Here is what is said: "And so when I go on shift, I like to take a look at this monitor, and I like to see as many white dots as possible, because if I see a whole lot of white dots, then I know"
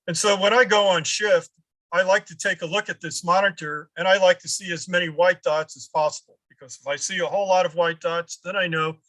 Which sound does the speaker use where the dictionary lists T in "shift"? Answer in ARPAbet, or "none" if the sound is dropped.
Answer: T